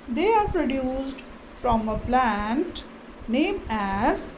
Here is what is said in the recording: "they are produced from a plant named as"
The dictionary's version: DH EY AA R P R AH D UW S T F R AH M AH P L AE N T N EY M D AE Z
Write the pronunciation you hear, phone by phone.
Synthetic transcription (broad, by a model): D EY AA R P R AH D UW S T F R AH M AH P L AE N T N EY M AE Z